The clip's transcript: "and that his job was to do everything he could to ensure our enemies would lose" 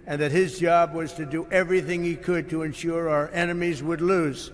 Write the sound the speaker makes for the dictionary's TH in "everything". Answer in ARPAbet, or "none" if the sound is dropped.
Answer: TH